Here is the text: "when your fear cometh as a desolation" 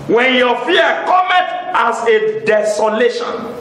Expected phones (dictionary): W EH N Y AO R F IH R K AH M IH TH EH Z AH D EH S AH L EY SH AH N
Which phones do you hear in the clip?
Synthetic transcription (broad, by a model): W EH N Y AO F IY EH K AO M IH T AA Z AH D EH S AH L EY SH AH N